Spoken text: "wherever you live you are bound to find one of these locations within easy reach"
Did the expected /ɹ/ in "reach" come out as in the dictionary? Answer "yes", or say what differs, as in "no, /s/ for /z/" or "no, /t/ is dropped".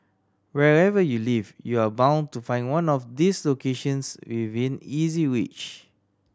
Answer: no, /w/ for /ɹ/